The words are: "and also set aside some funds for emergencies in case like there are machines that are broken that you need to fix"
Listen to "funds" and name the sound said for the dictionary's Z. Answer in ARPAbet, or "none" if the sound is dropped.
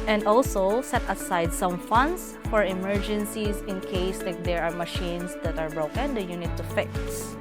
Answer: S